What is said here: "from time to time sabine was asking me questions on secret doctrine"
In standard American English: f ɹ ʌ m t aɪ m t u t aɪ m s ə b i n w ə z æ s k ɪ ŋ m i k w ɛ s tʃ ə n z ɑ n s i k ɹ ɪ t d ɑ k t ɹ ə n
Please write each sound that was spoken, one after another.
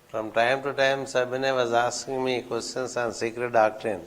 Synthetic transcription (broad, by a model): f ɹ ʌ m t aɪ m t u t aɪ m s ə b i n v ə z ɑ s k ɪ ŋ m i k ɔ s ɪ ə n s ɑ n s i k ɹ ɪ t d ɑ k t ɹ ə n